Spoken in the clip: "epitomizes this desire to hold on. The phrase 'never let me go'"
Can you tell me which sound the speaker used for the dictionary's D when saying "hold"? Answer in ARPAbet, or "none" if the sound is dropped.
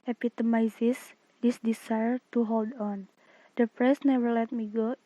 D